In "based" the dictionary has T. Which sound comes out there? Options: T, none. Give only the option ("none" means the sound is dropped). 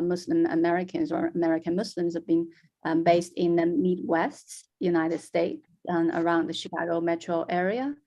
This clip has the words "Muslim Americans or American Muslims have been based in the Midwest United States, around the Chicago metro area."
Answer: T